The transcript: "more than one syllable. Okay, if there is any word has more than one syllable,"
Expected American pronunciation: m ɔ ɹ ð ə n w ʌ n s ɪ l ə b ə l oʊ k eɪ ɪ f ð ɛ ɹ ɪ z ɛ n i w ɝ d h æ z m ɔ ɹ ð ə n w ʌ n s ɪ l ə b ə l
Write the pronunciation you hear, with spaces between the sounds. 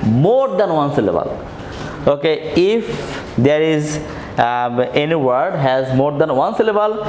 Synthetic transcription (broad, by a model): m ɔ ɹ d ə n w ʌ n s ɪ l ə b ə l oʊ k eɪ ɪ f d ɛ ɹ ɪ z ɛ n i w ɝ d h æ z m ɔ ɹ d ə n w ʌ n s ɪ l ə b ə l